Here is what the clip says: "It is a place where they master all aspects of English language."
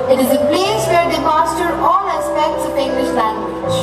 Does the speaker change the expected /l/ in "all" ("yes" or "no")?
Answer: yes